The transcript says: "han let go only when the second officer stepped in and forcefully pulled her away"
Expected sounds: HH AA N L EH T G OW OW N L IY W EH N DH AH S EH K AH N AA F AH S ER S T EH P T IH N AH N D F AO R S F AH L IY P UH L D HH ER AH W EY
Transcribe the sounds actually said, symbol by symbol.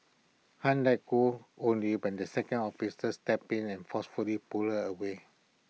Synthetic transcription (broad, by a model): HH AA N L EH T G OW OW N L IY W EH N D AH S EH K AH N AA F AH S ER S T EH P IH N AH N F AO S F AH L IY P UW L HH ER AH W EY